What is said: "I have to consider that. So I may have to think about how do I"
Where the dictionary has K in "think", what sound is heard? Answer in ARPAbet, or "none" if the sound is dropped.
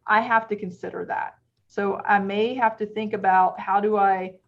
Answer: K